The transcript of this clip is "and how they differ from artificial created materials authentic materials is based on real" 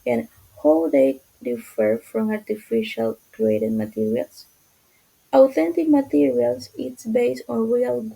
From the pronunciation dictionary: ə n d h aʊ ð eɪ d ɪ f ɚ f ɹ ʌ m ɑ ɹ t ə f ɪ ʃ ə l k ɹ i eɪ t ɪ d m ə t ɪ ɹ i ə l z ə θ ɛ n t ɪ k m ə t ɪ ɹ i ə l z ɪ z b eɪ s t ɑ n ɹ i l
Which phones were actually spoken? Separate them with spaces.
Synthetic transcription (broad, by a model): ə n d h aʊ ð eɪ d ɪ f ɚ f ɹ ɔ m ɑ ɹ t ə f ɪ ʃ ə l k ɹ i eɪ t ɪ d m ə t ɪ ɹ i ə l s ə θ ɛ n t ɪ k m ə t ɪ ɹ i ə l s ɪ s b eɪ s t ɑ n ɹ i l